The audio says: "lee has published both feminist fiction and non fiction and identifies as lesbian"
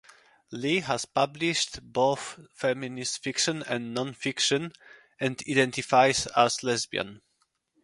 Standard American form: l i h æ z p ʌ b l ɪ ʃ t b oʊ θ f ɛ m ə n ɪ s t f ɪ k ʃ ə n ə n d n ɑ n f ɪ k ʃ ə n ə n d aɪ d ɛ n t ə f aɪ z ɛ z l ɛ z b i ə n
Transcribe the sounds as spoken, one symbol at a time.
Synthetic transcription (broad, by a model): l i h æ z p ʌ b l ɪ ʃ t b oʊ θ f ɛ m ə n ɪ s t f ɪ k ʃ ə n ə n n ɑ n f ɪ k ʃ ə n ə n d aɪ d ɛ n t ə f aɪ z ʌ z l ɛ z b i ə n